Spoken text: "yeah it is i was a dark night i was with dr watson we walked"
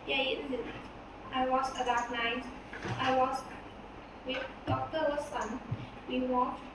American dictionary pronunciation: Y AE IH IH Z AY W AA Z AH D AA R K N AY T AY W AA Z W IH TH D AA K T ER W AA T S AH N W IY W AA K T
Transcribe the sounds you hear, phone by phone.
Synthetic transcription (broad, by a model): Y IH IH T AY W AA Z AH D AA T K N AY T AY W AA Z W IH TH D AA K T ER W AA S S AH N W IY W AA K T